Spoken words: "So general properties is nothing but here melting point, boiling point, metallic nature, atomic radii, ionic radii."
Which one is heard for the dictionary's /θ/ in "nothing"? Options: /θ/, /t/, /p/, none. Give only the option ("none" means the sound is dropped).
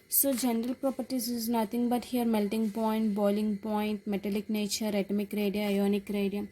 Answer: /t/